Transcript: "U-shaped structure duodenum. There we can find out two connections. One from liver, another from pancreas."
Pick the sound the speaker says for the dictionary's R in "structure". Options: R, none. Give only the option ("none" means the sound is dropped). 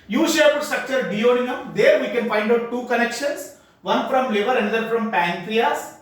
R